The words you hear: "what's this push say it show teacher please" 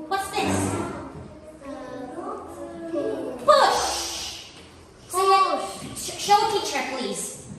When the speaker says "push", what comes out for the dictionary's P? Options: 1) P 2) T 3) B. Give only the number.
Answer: 3